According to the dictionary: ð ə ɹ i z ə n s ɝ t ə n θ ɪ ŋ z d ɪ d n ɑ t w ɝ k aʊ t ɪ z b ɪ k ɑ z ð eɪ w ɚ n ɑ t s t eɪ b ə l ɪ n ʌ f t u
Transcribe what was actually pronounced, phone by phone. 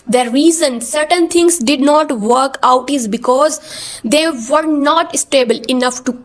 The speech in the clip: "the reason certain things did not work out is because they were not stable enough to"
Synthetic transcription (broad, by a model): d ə ɹ i z ə n s ɝ t ə n t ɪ ŋ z d ɪ d n ɑ t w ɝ k aʊ t ɪ z b ɪ k ɑ z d eɪ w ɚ n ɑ t s t eɪ b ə l ɪ n ʌ f t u